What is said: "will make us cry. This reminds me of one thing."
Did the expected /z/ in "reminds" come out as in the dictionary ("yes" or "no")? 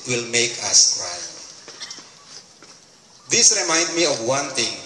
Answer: no